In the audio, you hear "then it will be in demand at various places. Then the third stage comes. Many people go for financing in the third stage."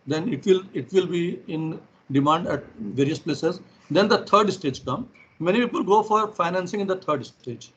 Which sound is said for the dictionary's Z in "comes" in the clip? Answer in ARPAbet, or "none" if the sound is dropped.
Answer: none